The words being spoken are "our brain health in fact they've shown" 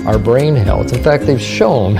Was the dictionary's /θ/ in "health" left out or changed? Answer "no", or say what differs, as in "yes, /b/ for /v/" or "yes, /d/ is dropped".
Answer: yes, /s/ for /θ/